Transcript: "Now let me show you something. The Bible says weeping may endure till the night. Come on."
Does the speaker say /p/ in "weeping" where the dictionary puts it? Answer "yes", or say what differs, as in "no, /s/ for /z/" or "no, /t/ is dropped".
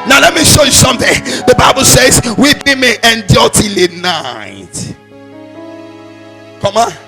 no, /b/ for /p/